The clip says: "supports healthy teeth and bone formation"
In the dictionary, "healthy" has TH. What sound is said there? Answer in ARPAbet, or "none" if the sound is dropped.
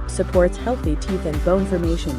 TH